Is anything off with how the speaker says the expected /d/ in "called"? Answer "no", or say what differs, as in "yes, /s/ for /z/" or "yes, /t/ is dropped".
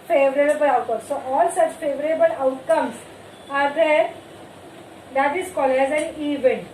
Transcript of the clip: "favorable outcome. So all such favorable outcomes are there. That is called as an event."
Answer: yes, /d/ is dropped